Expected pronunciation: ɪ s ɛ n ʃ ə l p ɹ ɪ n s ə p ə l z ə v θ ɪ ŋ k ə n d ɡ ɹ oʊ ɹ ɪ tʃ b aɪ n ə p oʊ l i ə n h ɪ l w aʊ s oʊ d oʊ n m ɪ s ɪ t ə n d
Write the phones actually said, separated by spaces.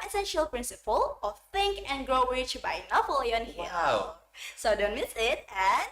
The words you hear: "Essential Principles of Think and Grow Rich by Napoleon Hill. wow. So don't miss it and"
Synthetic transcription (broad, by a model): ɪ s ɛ n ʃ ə l p ɹ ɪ n s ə p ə l ə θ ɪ ŋ k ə n ɡ ɹ oʊ w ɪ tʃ b aɪ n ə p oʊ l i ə n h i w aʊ s oʊ d oʊ n m ɪ s ɪ t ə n